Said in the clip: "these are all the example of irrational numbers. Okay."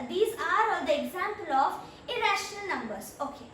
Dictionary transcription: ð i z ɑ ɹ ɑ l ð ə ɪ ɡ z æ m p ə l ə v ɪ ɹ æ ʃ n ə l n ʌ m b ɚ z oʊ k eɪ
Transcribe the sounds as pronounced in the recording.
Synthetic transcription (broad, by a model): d i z ɑ ɹ ɑ l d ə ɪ ɡ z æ m p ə l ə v ɪ ɹ æ ʃ n ə l n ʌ m b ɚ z oʊ k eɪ